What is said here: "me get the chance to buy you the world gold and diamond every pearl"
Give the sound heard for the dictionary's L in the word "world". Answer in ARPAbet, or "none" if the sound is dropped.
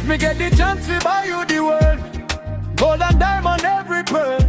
none